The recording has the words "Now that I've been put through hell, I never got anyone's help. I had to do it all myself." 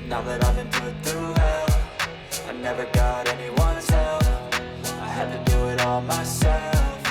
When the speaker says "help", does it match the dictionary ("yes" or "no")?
no